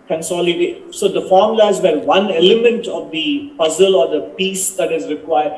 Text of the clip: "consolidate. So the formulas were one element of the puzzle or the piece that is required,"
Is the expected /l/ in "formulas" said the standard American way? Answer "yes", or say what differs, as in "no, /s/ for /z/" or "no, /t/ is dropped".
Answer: no, /l/ is dropped